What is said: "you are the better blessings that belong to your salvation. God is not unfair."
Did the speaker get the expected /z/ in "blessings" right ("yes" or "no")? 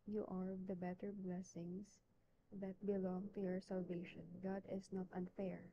no